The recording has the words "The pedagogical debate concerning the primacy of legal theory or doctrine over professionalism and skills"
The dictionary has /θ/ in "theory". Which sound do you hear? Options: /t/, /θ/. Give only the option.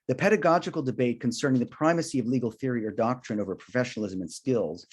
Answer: /θ/